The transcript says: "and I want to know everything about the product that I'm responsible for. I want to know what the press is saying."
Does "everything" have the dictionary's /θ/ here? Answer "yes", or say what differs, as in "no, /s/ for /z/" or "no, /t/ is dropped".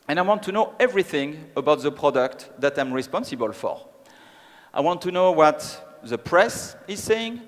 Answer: yes